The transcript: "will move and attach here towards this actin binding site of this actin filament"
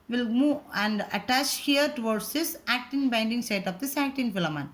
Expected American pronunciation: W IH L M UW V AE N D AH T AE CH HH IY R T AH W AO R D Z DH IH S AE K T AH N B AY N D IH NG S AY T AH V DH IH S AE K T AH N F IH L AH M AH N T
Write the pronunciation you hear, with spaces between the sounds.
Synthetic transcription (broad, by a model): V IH L M UW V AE N D AH T AE CH HH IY R T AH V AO R D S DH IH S AE K T AH N B AY N D IH NG S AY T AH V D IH S AE K T AH N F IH L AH M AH N